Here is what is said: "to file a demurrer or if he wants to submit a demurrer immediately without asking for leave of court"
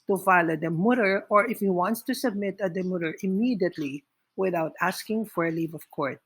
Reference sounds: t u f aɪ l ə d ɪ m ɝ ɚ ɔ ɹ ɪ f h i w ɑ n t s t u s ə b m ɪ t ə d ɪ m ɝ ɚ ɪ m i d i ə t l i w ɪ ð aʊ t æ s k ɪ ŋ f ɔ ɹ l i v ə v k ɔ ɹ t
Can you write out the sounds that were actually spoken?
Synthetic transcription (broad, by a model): t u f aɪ l ə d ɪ m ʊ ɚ ɔ ɹ ɪ f h i w ɑ n t s t u s ə b m ɪ t ə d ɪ m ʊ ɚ ɪ m i d i ə t l i w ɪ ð aʊ t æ s k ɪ ŋ f ɔ ɹ l i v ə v k ɔ ɹ t